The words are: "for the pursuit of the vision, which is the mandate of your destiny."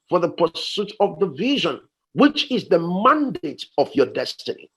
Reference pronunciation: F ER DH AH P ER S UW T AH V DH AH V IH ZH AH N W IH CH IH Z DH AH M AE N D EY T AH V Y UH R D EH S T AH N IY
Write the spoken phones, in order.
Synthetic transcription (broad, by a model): F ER DH AH P ER S UW T AH V DH AH V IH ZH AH N W IH CH IH Z DH AH M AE N D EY T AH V Y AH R D EH S T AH N IY